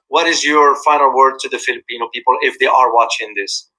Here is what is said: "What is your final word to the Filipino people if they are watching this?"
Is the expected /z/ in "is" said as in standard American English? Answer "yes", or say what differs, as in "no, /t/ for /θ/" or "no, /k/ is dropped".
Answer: yes